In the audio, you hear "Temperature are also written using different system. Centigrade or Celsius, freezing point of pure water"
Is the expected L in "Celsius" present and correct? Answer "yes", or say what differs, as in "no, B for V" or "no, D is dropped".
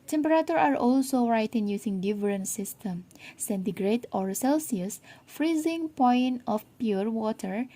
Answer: yes